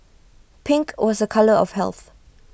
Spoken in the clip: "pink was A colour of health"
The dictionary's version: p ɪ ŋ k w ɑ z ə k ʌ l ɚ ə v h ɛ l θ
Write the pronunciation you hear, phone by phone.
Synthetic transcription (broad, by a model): p ɪ ŋ k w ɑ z ə k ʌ l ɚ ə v h ɛ l θ